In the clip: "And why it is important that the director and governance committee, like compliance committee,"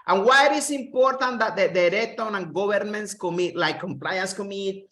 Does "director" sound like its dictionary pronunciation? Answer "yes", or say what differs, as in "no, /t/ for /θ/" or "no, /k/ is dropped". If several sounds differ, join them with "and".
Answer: no, /k/ is dropped